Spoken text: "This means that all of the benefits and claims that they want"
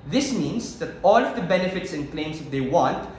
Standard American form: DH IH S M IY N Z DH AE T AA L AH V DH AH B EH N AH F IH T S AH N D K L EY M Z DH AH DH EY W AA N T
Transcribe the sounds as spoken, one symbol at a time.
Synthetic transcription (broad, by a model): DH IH S M IY N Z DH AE T AA L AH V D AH B EH N AH F IH T S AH N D K L EY M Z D EY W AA N T